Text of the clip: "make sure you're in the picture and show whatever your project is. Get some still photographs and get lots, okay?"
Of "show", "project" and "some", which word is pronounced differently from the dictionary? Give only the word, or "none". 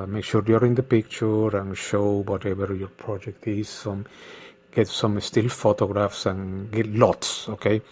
none